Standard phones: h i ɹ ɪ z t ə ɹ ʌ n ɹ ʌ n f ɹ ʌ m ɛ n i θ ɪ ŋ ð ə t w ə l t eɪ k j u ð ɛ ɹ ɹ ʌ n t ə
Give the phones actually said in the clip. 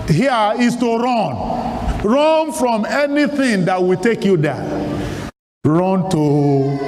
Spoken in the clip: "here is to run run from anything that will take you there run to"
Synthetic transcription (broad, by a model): h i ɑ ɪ s t ə ɹ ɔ n ɹ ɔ n f ɹ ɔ m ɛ n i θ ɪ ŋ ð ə t w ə t eɪ k j u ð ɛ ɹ ɹ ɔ n t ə